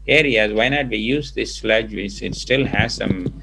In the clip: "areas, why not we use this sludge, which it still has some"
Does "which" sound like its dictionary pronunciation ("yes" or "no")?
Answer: no